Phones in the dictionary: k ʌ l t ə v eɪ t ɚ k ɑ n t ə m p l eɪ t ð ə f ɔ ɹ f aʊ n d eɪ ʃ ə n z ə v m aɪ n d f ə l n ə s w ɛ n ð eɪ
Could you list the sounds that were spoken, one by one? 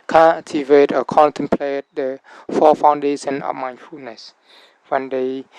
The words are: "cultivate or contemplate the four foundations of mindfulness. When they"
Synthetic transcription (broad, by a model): k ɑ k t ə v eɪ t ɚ k ɑ n t ə m p l eɪ t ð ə f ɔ f aʊ n d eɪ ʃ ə n ə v m aɪ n f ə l n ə s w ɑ n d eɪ